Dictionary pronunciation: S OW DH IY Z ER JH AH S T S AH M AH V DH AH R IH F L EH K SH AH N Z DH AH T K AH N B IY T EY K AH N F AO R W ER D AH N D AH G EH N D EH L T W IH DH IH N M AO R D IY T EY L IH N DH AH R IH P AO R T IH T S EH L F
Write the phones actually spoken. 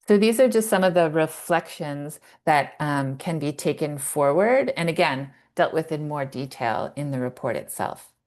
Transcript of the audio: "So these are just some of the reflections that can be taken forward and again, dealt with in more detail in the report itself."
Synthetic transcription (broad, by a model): S OW DH IY Z ER JH AH S T S AH M AH V DH AH R IH F L EH K SH AH N Z DH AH T K AH N B IY T EY K AH N F AO R W ER D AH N AH G EH N D EH L T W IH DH IH N M AO R D IY T EY L IH N DH AH R IH P AO R T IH T S EH L F